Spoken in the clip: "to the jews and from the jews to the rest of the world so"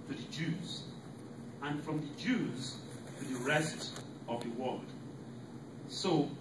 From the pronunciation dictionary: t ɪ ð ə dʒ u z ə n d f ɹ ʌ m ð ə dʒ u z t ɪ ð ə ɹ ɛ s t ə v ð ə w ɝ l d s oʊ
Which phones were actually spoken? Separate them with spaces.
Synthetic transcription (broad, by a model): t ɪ ð ə dʒ u z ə n f ɹ ʌ m ð ə dʒ u z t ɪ ð ə ɹ ɛ s t ə v ð ə w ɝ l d s oʊ